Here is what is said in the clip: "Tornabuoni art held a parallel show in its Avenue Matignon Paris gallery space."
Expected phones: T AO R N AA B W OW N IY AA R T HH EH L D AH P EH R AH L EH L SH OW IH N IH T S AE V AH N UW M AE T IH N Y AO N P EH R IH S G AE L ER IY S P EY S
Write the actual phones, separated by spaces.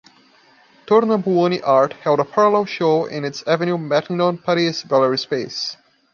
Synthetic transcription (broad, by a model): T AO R N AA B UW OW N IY AA R T HH EH L D AH P EH R AH L EH L SH OW IH N IH T S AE V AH N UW M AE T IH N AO N P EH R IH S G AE L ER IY S P EY S